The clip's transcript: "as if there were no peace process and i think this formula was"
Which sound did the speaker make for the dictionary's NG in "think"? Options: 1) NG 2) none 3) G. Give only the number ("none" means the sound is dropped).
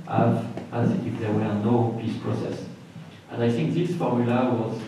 1